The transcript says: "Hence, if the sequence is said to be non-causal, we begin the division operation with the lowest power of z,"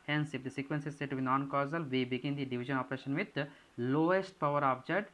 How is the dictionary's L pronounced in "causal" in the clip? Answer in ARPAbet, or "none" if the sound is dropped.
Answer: L